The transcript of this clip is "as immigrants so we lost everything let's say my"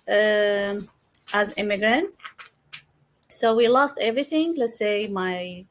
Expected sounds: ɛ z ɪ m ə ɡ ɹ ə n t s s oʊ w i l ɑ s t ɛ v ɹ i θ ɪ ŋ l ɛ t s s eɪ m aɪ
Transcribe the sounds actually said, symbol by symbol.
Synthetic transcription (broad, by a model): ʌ z ɪ m ə ɡ ɹ ə n t s s oʊ w i l ɑ s t ɛ v ɹ i θ ɪ ŋ l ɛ t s s eɪ m aɪ